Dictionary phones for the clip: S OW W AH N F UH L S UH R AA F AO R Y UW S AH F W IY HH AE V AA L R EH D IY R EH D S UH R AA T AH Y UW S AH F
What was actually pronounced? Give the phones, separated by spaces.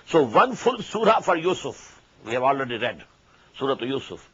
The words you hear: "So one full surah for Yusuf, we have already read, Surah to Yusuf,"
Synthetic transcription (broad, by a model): S OW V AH N F UH L S UH R AA F AO R Y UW S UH F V IY HH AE V AA L R EH D IY R EH D S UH R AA T Y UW S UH F